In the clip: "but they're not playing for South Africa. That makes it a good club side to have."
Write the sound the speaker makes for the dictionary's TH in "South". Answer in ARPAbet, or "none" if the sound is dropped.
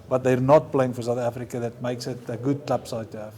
TH